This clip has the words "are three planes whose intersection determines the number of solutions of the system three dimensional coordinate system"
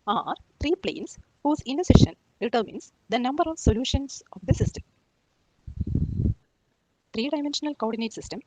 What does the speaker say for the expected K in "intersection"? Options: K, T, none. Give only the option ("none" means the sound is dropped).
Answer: none